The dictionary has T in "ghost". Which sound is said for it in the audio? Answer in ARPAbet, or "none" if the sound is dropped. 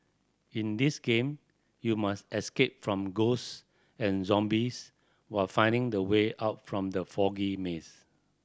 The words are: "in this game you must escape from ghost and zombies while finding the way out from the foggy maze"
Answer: none